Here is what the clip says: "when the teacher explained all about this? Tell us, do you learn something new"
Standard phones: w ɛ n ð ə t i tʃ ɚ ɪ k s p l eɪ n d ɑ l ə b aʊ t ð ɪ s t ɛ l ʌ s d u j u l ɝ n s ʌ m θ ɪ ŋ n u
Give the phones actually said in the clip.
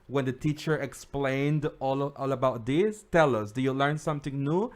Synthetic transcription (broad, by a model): w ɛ n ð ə t i tʃ ɚ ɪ k s p l eɪ n d ɑ l ə b aʊ t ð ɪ s t ɛ l ʌ s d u j u l ɝ n s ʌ m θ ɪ ŋ n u